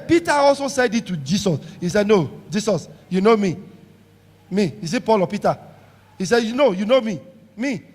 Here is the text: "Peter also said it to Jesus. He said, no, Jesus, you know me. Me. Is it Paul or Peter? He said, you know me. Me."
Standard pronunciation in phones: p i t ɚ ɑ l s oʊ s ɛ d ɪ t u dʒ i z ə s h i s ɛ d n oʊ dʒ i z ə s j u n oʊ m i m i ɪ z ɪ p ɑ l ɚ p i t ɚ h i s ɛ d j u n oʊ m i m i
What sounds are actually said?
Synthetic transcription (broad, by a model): p i t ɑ ɑ l s oʊ s ɛ d ɪ t u dʒ i s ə s h i s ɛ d n oʊ dʒ i s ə s j u n oʊ m i m i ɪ s ɪ p ɑ l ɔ p i t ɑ h i s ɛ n j u n oʊ m i m i